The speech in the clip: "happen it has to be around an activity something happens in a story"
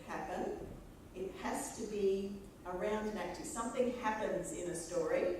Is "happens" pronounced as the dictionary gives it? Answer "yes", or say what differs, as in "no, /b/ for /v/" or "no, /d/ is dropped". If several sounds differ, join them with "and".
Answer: yes